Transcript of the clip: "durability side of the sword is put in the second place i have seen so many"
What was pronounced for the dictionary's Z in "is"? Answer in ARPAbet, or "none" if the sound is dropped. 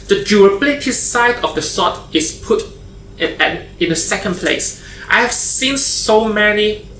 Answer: S